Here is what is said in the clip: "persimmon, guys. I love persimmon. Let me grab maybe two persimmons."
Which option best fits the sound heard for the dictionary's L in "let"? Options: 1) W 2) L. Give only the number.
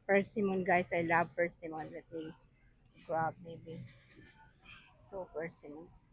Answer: 1